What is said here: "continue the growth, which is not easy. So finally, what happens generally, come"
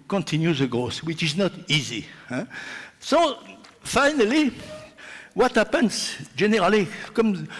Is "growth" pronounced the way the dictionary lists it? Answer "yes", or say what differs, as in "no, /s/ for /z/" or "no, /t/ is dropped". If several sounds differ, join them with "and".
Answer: no, /s/ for /θ/